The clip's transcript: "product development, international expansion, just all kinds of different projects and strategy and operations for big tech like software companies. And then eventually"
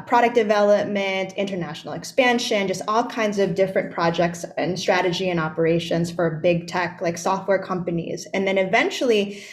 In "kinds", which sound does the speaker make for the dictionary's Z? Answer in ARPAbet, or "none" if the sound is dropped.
Z